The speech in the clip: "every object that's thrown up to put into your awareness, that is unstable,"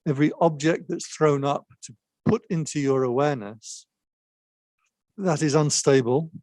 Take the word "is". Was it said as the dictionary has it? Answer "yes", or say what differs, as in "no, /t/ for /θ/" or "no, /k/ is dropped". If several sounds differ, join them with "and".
yes